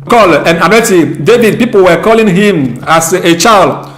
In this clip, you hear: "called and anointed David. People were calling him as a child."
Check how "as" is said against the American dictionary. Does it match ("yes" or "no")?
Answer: no